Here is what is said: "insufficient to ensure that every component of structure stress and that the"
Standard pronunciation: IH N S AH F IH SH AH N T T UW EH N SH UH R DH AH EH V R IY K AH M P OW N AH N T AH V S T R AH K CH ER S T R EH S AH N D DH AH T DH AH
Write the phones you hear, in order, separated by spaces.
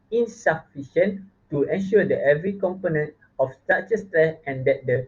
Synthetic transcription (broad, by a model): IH N S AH F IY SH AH N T T UW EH N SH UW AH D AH EH V R IY K AH M P OW N AH N T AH F S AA CH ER S T R EH S AH N D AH T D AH